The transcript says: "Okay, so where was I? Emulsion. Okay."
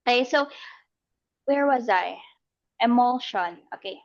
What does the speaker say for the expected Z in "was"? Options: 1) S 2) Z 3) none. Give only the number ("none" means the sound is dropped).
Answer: 2